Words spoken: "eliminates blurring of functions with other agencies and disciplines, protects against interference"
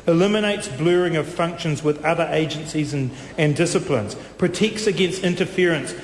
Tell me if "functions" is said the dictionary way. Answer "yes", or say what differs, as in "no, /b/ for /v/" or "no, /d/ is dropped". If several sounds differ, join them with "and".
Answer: yes